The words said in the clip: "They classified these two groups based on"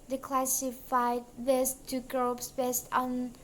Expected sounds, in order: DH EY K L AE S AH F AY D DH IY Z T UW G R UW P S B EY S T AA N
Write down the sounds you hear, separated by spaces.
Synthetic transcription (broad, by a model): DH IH K L AE S AH F AY D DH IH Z T UW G R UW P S B EY S T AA N